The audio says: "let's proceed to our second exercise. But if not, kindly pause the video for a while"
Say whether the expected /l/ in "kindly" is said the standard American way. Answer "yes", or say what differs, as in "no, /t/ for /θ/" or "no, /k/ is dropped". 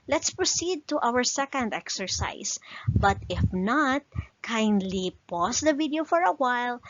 yes